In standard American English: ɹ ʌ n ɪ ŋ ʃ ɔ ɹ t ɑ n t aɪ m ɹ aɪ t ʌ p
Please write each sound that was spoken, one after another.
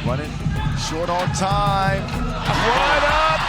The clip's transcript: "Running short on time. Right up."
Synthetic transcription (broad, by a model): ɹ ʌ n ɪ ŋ ʃ ɔ ɹ t ɑ n t aɪ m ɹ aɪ ʌ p